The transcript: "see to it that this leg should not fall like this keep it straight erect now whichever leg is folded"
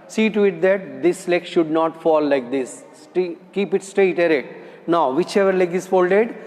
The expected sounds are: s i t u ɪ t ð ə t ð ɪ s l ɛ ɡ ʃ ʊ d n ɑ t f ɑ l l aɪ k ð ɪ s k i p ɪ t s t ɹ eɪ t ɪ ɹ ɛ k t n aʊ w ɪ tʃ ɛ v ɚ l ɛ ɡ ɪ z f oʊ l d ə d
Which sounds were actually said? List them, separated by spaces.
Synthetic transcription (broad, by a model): s i t u ɪ t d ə t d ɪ s l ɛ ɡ ʃ ʊ d n ɑ t f ɑ l l aɪ k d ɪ s k i p ɪ t s t ɹ eɪ t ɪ ɹ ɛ t n aʊ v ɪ tʃ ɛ v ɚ l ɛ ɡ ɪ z f oʊ l d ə d